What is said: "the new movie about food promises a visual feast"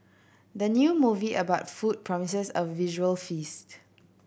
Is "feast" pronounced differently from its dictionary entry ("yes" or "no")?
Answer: no